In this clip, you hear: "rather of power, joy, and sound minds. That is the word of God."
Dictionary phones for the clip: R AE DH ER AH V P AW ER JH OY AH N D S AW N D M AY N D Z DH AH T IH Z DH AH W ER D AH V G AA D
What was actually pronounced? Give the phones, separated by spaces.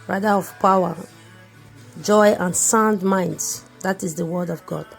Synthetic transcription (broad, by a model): R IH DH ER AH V P AW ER JH OY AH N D S AW N D M AY N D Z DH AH T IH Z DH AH W ER D AH V G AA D